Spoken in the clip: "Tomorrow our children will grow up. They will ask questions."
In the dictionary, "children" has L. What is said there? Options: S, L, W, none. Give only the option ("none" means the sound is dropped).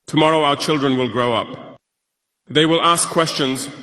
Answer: L